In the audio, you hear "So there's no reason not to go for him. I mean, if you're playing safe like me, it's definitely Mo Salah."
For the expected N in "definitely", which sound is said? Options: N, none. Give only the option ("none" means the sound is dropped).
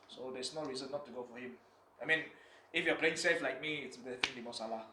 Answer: none